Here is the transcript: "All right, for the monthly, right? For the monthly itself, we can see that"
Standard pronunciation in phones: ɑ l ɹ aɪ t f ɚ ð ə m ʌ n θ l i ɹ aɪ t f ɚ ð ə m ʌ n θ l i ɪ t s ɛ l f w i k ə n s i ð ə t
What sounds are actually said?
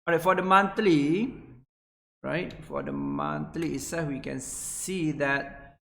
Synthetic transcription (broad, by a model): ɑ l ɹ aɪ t f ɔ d ə m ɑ n t l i ɹ aɪ t f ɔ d ə m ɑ n t l i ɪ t s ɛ f w i k ə n s i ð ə t